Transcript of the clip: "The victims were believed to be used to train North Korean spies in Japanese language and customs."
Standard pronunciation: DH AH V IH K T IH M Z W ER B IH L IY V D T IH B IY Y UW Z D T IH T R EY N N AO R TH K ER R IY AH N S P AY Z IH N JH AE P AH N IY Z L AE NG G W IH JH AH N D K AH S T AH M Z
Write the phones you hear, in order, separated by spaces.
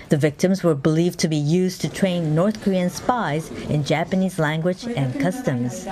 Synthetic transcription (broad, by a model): DH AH V IH K T IH M Z W ER B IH L IY V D T IH B IY Y UW Z T IH T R EY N N AO R TH K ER R IY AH N S P AY Z IH N JH AE P AH N IY Z L AE NG G W IH JH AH N K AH S T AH M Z